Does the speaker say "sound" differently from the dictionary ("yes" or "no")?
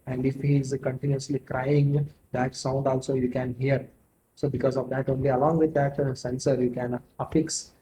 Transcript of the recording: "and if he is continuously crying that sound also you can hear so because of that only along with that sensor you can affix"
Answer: no